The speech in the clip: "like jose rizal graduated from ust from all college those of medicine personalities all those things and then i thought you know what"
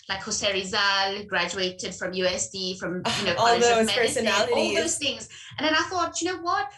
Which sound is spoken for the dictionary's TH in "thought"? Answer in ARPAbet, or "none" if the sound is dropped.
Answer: TH